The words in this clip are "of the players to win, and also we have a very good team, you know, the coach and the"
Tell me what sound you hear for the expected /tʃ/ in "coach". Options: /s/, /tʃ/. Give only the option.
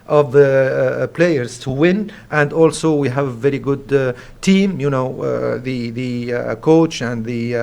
/tʃ/